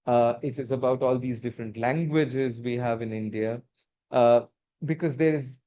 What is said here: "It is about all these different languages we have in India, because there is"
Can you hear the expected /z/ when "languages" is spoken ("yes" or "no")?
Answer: yes